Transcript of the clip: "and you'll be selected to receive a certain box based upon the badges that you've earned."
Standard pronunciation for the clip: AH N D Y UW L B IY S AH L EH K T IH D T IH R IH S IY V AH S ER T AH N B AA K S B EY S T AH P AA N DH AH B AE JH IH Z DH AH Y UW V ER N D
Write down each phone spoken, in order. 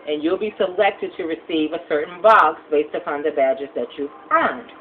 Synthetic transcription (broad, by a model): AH N Y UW L B IY S AH L EH K T IH D T IH R IH S IY V AH S ER T N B AA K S B EY S T AH P AA N DH AH B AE JH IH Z DH AH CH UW F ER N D